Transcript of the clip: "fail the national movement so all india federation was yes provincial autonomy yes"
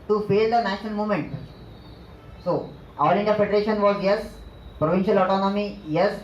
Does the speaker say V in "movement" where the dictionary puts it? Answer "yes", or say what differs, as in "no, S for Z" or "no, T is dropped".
no, V is dropped